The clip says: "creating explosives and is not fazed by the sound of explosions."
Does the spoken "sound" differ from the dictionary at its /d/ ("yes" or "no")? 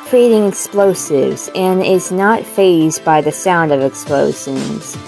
no